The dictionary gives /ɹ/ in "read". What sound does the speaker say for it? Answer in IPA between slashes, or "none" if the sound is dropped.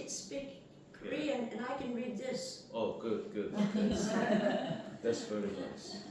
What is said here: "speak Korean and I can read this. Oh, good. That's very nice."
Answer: /ɹ/